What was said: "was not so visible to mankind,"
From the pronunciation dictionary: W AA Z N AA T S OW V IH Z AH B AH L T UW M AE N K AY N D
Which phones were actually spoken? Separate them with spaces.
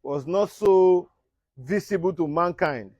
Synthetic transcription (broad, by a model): W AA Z N AA T S OW V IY S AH B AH L T UW M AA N K AY N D